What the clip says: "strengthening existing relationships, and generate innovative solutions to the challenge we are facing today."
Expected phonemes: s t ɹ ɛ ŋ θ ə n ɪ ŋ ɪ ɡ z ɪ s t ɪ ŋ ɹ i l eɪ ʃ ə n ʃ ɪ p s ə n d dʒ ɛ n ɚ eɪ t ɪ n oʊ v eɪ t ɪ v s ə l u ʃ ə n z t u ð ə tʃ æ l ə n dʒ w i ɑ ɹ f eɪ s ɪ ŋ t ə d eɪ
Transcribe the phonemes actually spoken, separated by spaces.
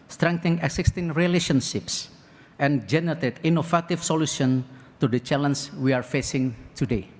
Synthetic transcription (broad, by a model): s t ɹ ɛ ŋ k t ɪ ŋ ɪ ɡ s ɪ s t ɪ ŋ ɹ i l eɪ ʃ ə n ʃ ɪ p s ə n dʒ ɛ n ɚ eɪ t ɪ n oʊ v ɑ t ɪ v s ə l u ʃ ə n t u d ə tʃ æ l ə n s w i ɑ ɹ f eɪ s ɪ ŋ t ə d eɪ